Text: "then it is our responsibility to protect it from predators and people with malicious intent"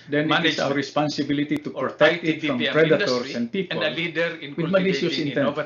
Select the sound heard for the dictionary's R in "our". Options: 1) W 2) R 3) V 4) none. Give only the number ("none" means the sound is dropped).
1